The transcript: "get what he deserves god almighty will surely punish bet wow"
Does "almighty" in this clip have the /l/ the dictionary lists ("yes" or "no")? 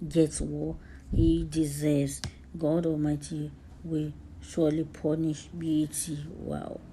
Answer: no